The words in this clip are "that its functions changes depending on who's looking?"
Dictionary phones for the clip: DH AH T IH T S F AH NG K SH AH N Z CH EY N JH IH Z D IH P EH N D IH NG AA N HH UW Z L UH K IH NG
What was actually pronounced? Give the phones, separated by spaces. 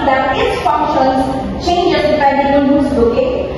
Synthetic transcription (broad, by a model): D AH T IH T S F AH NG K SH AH N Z CH EY N JH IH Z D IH IH D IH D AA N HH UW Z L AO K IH